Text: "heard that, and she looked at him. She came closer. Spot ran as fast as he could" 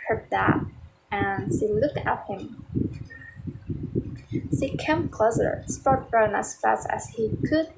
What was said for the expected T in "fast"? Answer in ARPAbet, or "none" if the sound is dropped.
T